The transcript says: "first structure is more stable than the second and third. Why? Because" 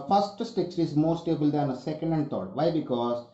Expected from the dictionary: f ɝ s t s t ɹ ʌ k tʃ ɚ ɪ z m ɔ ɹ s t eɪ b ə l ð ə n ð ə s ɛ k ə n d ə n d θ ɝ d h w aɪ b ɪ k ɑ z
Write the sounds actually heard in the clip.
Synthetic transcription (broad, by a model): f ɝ s t s t ɪ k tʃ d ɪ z m ɔ ɹ s t eɪ b ə l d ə n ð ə s ɛ k ə n d ə n d t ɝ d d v aɪ b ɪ k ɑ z